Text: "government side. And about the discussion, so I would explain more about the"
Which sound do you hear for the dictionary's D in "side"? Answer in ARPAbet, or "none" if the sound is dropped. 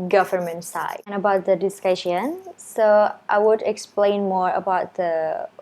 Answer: none